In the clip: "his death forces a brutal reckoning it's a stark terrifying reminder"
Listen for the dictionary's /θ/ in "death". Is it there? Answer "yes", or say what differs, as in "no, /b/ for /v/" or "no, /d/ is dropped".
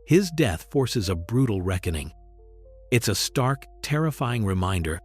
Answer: yes